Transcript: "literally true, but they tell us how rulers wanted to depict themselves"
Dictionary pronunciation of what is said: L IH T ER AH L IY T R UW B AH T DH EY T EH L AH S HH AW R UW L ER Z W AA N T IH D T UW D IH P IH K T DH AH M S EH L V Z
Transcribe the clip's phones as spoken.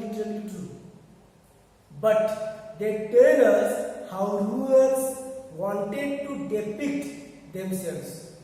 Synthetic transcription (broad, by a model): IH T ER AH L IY T R UW B AH T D EY T EH L AH S HH AW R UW ER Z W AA N T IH D T UW D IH P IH K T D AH M S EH L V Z